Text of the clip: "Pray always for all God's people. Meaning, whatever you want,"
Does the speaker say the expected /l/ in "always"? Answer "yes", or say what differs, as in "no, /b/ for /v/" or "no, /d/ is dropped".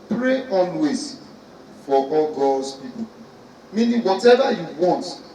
no, /n/ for /l/